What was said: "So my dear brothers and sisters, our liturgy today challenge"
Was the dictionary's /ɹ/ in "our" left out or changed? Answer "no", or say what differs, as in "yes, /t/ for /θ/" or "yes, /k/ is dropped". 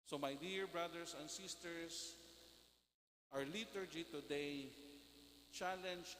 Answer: no